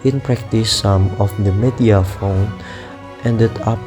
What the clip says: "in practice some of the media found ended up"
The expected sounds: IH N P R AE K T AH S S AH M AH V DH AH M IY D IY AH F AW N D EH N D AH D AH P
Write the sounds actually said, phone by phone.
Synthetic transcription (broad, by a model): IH N P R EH K T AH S S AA M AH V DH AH M IY D IY AH F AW N EH N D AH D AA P